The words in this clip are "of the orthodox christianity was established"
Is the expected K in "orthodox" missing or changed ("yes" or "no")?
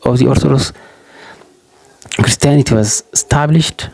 yes